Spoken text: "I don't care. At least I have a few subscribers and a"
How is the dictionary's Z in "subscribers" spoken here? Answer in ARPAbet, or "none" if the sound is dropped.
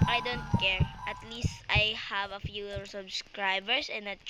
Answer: S